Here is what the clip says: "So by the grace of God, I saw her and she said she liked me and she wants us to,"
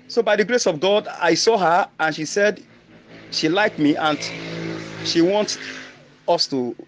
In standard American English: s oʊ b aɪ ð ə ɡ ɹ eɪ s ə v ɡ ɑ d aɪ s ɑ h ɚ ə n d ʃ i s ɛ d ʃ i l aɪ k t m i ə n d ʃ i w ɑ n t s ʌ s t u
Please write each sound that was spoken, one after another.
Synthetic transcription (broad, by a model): s oʊ b aɪ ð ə ɡ ɹ eɪ s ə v ɡ ɑ d aɪ s ɑ h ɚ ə n ʃ i s ɛ d ʃ i l aɪ k t m i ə n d ʃ i w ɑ n t ʌ s t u